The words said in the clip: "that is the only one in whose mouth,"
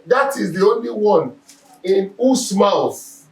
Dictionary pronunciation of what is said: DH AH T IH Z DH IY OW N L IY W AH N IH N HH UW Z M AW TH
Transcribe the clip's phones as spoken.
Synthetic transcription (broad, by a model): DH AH T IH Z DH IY OW N L IY W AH N IH N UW S M AW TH